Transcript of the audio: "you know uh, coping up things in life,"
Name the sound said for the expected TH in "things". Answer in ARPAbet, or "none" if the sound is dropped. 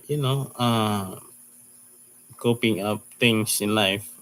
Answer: T